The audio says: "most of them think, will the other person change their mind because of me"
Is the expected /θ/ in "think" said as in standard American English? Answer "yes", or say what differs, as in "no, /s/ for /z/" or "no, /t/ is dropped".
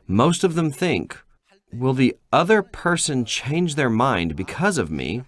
yes